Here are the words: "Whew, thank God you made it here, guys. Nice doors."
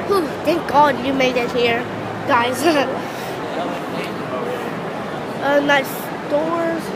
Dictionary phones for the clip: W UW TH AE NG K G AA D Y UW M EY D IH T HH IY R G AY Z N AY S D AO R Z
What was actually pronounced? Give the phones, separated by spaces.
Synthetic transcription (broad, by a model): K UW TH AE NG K G AA D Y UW M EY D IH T HH IY R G AY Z N AY S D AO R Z